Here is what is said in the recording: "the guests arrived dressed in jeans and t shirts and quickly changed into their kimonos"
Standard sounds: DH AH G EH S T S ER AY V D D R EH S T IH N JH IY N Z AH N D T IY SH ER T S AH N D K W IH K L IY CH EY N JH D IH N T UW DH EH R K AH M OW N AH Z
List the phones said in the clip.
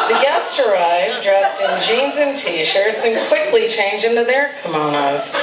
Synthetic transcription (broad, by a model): DH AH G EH S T ER AY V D D R EH S T IH N JH IY N Z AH N T IY SH ER T S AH N K W IH K L IY CH EY N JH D IH N T UW DH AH R K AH M OW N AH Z